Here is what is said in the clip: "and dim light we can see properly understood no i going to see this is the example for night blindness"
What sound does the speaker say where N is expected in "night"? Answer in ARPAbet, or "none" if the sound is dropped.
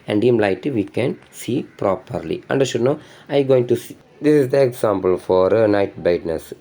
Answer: N